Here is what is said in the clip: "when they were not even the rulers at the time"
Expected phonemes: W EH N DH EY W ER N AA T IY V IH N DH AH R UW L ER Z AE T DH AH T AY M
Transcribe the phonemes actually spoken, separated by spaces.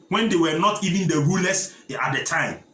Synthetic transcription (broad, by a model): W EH N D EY W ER N AA T IY V IH N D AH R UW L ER S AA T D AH T AY M